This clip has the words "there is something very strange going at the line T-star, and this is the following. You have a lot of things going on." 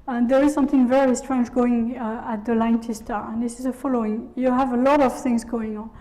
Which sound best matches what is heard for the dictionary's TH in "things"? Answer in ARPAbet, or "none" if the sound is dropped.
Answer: TH